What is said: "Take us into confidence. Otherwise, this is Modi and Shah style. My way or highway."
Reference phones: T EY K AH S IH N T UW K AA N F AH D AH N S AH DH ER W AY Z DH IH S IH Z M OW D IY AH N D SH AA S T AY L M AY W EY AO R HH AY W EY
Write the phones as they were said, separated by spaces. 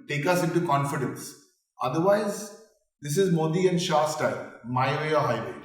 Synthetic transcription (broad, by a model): T EY K AH S IH N T UW K AA N F AH D AH N S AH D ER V AY Z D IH S IH Z M OW D IY AH N D SH AA S T AY L M AY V EY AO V HH AY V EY